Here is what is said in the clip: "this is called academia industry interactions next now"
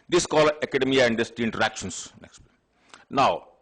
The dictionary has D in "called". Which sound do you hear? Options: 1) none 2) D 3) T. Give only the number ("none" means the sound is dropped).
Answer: 1